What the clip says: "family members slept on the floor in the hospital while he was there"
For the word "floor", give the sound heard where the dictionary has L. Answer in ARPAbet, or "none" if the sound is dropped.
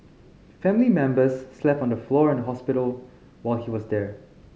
L